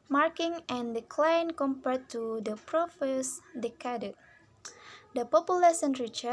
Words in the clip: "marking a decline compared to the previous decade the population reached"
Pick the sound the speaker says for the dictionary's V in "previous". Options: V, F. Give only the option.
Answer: F